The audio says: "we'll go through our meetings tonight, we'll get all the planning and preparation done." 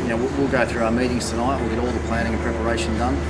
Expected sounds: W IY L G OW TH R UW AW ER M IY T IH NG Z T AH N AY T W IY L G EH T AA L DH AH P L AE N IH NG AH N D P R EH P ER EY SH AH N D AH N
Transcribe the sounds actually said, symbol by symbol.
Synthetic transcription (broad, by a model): W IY L G OW TH R UW AW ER M IY T IH NG Z T AH N AY T W IY L G EH T AA L DH AH P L AE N IH NG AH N P R EH P ER EY SH AH N D AH N